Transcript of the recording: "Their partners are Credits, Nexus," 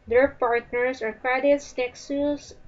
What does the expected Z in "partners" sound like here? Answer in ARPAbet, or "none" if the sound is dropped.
S